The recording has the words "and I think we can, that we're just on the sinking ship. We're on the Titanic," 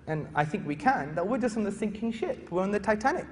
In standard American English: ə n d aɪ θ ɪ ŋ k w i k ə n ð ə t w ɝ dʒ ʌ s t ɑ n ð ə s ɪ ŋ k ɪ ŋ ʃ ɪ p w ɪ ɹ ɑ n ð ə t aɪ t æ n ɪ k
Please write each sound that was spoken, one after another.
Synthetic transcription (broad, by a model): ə n aɪ θ ɪ ŋ k w i k ə n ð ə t w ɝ dʒ ʌ s t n ð ə s ɪ ŋ k ɪ ŋ ʃ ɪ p w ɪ ɹ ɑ n ð ə t aɪ t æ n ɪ k